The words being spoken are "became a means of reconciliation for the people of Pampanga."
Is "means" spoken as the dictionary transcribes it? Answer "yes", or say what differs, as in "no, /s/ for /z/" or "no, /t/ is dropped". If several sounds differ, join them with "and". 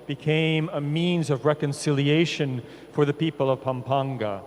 yes